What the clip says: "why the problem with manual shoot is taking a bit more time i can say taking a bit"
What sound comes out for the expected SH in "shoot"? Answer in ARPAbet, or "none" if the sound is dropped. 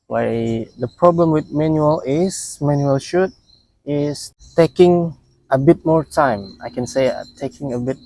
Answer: SH